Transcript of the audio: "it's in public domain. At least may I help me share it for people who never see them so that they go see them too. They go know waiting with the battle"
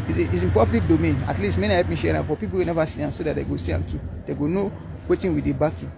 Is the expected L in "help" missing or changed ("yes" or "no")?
yes